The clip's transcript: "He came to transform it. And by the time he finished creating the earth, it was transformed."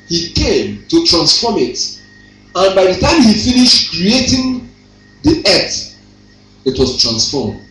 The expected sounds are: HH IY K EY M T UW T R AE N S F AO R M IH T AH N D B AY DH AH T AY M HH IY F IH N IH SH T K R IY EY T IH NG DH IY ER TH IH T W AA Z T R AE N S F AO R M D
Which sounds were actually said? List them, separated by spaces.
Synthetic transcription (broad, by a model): HH IY K EY M T UW T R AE N S F AO M IH T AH N B AY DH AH T AY M HH IY F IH N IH SH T K R IY EY T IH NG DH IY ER T IH T W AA S T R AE N S F AO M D